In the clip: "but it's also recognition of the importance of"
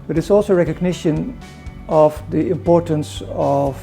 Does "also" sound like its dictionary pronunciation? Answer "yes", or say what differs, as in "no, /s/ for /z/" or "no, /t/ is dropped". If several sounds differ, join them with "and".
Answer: yes